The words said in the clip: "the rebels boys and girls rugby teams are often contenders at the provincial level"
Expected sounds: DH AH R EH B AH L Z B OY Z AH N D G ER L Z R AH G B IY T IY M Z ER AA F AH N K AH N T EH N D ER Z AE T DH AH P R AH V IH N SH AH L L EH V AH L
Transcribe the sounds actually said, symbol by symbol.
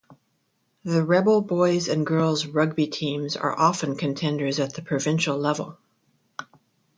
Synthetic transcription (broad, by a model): DH AH R EH B L B OY Z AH N G ER L Z R AH G B IY T IY M Z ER AA F AH N K AH N T EH N D ER Z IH T DH AH P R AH V IH N SH L L EH V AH L